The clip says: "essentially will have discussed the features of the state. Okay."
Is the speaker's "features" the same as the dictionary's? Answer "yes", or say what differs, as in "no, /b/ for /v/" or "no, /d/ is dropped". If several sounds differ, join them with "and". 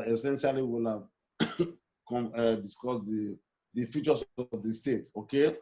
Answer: no, /s/ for /z/